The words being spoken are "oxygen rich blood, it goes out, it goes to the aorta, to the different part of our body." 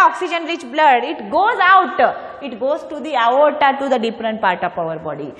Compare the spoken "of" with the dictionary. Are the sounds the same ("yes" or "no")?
no